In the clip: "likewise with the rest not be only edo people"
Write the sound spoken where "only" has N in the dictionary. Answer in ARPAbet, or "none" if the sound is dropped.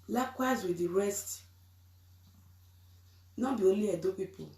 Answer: none